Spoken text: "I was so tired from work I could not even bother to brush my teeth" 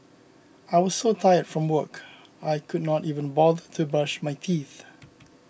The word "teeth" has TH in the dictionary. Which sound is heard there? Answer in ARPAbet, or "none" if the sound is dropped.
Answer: TH